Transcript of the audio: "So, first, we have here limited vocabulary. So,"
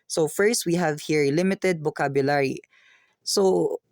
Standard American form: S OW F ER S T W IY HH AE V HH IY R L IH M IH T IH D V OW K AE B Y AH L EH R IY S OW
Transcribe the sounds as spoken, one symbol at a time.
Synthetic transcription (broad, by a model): S OW F ER S T W IY HH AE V HH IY R L IH M IH T IH D B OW K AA B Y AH L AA R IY S OW